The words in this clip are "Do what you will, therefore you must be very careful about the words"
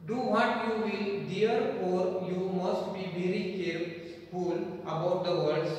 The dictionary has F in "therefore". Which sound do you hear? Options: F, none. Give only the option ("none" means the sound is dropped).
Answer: none